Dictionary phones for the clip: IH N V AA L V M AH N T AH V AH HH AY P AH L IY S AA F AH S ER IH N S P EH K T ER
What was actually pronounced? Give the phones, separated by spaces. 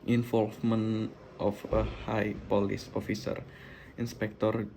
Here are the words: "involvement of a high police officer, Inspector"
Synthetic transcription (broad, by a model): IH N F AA L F M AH N T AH F AH HH AY P AH L IY S AA F AH S ER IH N S P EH K T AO